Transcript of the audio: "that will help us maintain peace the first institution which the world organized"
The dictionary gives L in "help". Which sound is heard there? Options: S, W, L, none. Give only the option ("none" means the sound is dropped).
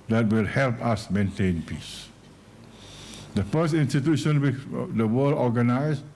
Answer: L